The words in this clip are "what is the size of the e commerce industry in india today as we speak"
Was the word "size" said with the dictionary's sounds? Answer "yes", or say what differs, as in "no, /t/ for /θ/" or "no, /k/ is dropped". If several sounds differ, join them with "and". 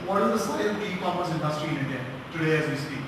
no, /z/ is dropped